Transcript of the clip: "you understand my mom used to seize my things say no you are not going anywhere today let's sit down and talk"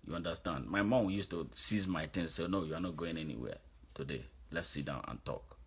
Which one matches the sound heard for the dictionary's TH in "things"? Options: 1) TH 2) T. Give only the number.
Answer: 2